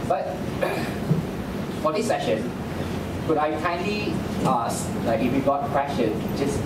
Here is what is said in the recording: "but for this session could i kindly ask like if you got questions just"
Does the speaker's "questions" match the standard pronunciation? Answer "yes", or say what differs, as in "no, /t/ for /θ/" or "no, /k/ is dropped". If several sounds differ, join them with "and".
no, /z/ is dropped